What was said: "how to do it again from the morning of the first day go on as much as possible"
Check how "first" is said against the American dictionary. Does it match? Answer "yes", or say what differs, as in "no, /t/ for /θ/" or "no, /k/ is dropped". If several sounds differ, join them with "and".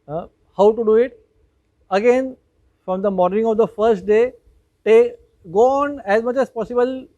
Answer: yes